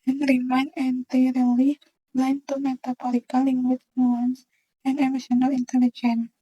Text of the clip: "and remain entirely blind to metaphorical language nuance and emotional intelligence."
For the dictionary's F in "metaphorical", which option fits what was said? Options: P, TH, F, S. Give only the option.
P